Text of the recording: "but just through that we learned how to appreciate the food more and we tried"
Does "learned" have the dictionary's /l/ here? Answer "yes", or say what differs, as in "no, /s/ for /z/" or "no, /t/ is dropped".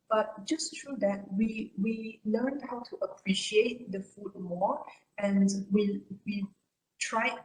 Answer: no, /w/ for /l/